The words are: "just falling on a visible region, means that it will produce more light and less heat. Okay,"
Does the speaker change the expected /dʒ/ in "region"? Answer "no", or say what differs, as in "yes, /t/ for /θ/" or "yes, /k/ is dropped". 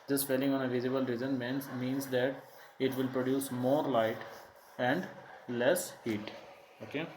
yes, /z/ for /dʒ/